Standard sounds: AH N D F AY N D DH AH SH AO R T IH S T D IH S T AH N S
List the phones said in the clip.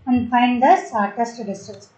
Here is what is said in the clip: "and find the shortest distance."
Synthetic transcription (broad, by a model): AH N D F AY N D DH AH S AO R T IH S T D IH S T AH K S